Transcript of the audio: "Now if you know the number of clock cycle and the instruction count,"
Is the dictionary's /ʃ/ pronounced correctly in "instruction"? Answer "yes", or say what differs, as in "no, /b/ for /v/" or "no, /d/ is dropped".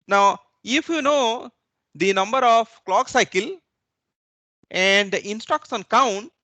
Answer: no, /s/ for /ʃ/